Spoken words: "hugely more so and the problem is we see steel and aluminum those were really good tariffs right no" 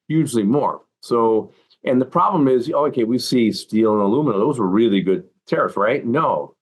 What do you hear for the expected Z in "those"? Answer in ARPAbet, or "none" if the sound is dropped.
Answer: Z